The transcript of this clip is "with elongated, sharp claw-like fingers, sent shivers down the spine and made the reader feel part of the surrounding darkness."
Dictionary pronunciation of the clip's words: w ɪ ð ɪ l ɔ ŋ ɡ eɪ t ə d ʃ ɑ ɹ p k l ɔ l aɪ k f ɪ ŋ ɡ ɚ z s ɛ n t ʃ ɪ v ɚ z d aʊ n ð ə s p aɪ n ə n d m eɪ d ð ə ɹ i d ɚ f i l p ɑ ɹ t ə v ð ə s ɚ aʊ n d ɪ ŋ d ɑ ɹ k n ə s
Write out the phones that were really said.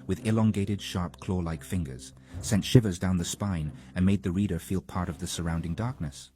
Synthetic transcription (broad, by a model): w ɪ ð ɪ l ɔ ŋ ɡ eɪ t ə d ʃ ɑ ɹ p k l ɔ l aɪ k f ɪ ŋ ɡ ɚ z s ɛ n t ʃ ɪ v ɚ z d aʊ n ð ə s p aɪ n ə n m eɪ d ð ə ɹ i d ɚ f i l p ɑ ɹ t ə v ð ə s ɚ aʊ n d ɪ ŋ d ɑ ɹ k n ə s